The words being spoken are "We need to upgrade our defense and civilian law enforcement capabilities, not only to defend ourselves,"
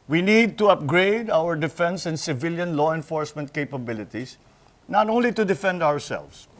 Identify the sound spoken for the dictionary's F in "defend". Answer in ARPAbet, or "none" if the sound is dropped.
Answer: F